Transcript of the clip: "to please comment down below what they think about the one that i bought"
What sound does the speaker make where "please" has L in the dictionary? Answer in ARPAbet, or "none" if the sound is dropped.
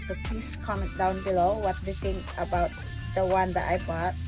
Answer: none